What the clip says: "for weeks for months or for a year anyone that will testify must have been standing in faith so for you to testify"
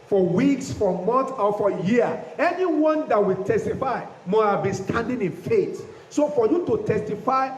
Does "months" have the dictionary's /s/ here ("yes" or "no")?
no